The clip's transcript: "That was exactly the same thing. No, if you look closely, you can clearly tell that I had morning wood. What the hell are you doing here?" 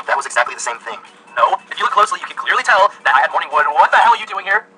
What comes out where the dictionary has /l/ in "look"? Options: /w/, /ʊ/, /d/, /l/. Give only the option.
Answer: /w/